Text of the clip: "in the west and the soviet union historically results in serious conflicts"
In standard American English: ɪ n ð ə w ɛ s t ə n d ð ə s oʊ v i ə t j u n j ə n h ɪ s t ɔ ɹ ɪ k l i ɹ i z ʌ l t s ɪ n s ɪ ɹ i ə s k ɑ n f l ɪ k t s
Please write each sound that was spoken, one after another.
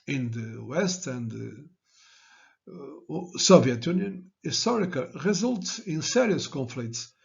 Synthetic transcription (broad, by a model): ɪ n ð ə w ɛ s t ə n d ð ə s oʊ v i ə t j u n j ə n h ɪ s t ɔ ɹ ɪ k i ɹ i z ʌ l t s ɪ n s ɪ ɹ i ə s k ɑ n f l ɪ k t s